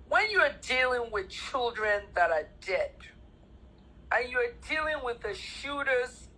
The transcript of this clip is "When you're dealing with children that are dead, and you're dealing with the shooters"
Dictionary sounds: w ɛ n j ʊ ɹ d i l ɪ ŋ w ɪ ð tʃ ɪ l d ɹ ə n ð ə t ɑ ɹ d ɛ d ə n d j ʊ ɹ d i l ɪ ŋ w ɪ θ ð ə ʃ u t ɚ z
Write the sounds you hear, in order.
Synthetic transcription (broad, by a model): w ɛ n j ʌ ɹ d i l ɪ ŋ w ɪ ð tʃ ɪ l d ɹ ə n ð ə t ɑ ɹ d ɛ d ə n j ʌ ɹ d i l ɪ ŋ w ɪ ð ə ʃ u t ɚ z